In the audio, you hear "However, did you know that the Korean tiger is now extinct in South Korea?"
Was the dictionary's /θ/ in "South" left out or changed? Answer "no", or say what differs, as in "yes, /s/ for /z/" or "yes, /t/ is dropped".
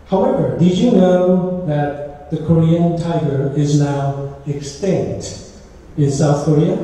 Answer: no